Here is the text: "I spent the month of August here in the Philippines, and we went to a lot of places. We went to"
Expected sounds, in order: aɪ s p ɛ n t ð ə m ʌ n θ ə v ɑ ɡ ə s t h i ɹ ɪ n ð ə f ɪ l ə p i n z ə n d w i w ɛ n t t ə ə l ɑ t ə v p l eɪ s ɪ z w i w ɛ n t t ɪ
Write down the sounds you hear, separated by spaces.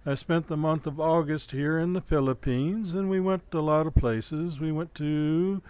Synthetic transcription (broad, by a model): aɪ s p ɛ n ð ə m ʌ n θ ə v ɑ ɡ ə s t h i ɹ ɪ n ð ə f ɪ l ə p i n z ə n w i w ɛ n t t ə ə l ɑ t ə v p l eɪ s ɪ z w i w ɛ n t t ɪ